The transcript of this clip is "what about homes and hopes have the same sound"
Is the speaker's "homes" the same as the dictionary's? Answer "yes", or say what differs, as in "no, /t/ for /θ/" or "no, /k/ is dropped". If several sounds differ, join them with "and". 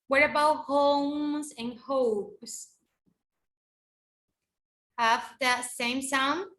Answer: yes